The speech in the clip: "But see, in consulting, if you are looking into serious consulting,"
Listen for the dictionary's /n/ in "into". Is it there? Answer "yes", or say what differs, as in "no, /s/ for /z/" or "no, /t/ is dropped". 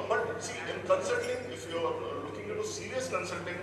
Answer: no, /n/ is dropped